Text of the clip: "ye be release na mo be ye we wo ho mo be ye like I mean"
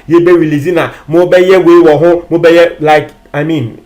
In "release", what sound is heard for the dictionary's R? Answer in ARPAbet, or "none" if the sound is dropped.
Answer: W